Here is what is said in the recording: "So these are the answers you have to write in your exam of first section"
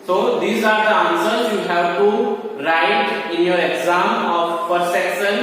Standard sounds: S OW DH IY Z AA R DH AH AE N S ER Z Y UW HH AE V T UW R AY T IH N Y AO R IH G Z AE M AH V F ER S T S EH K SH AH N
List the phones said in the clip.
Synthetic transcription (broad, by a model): S OW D IY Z AA R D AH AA N S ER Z Y UW HH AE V T UW R AY T IH N Y AO R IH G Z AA M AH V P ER T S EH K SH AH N